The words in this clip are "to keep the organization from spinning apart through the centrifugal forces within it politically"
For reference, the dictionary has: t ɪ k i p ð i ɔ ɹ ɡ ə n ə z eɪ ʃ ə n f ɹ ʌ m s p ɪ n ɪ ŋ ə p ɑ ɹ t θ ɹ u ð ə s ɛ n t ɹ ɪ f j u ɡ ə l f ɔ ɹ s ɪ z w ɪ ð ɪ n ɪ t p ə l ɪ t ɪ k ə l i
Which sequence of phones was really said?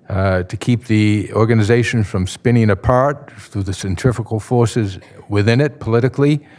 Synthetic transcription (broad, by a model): t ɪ k i p ð i ɔ ɹ ɡ ə n ə z eɪ ʃ ə n f ɹ ʌ m s p ɪ n ɪ ŋ ə p ɑ ɹ t θ ɹ u ð ə s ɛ n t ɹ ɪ f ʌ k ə l f ɔ ɹ s ɪ z w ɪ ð ɪ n ɪ t p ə l ɪ t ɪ k l i